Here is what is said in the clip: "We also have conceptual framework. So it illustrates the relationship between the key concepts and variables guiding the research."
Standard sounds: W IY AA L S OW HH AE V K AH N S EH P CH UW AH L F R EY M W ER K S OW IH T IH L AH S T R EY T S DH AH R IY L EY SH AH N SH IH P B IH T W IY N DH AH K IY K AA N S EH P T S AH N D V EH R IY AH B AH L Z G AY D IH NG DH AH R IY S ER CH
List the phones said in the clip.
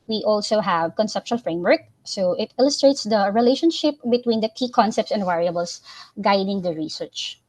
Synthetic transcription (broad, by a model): W IY AA L S OW HH AE V K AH N S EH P SH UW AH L F R EY M W ER K S OW IH T IH L AH S T R EY T S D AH R IY L EY SH AH N SH IH P B IH T W IY N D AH K IY K AA N S EH P T S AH N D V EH R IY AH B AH L S G AY D IH NG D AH R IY S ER CH